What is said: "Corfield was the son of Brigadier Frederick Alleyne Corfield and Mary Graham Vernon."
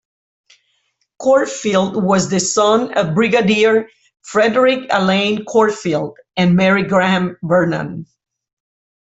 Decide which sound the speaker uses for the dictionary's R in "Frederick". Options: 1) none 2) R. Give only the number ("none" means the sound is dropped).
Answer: 2